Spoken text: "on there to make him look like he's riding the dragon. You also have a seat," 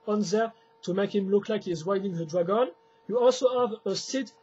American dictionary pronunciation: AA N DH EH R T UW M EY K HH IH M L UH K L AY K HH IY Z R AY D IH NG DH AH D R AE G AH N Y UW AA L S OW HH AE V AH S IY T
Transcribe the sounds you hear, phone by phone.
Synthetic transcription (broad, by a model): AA N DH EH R T UW M EY K HH IH M L UH K L AY K HH IY Z W AY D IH NG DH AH D R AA G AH N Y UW AA L S OW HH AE V AH S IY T